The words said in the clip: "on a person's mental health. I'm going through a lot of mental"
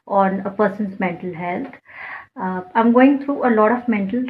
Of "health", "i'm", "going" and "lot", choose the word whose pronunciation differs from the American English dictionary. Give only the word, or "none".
health